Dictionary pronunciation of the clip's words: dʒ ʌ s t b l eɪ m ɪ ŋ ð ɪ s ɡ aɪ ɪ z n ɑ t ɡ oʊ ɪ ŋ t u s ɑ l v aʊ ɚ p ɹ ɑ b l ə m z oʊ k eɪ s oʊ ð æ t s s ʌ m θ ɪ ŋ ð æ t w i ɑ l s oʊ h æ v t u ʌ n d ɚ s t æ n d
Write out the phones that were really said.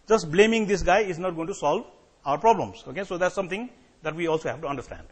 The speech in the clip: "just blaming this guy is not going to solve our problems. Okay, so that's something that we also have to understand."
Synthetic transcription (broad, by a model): dʒ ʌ s t b l eɪ m ɪ ŋ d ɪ s ɡ aɪ ɪ z n ɑ t ɡ oʊ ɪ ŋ t u s ɑ l v aʊ ɚ p ɹ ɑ b l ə m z oʊ k eɪ s oʊ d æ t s s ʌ m t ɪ ŋ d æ t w i ɑ l s oʊ h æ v t u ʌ n d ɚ s t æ n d